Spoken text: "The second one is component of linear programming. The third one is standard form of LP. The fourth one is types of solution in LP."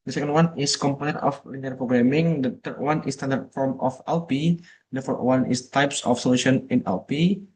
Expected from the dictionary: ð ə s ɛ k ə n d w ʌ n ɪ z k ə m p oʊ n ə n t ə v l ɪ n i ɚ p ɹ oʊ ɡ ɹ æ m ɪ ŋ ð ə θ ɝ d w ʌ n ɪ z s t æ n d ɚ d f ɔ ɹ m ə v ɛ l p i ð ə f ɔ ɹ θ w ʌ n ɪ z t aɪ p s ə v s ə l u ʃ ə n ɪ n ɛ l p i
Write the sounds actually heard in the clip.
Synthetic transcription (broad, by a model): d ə s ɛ k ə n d w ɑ n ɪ s k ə m p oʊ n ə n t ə f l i n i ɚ p ɹ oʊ ɡ ɹ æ m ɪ ŋ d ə t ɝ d w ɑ n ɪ s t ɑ n d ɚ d f ɔ ɹ m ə f ɛ l p i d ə f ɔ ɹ t w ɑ n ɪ s t aɪ p s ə f s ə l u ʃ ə n ɪ n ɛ l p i